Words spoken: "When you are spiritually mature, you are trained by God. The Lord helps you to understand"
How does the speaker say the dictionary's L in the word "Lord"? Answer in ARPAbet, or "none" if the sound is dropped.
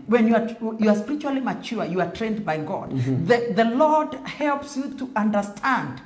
L